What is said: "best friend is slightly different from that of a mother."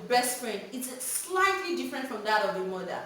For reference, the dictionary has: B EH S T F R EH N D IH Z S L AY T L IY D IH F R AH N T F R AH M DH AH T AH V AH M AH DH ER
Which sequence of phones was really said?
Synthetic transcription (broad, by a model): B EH S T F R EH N IH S S L AY T L IY D IH F R AH N T F R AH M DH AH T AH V AH M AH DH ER